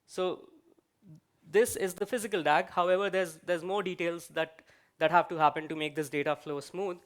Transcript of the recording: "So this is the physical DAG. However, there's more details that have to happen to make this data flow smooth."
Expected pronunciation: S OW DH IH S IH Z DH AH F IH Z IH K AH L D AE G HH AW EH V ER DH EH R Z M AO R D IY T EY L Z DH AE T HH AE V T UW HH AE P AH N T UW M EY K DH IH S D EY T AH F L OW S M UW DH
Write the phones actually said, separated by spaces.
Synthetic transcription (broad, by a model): S OW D IH S IH Z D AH F IH Z IH K AH L D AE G HH AW EH V ER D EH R Z M AO R D IY T EY L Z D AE T HH AE V T UW HH AE P AH N T UW M EY K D IH S D EY T AH F L OW S M UW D